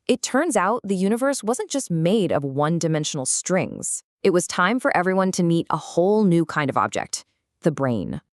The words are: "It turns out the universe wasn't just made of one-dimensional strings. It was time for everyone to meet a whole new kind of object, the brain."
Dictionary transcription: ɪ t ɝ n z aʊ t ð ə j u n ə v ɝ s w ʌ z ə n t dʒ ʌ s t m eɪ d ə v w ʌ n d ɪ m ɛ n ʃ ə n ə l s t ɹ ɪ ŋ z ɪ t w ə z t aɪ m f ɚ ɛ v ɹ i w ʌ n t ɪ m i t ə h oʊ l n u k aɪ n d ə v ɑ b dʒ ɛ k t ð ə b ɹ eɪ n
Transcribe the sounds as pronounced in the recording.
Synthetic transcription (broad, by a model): ɪ t ɝ n z aʊ t ð ə j u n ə v ɝ s w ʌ z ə n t dʒ ʌ s t m eɪ d ə v w ʌ n d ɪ m ɛ n ʃ n l s t ɹ ɪ ŋ z ɪ t w ə z t aɪ m f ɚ ɛ v ɹ i w ʌ n t ɪ m i t ə h oʊ l n u k aɪ n d ə v ɑ b dʒ ɛ k t ð ə b ɹ eɪ n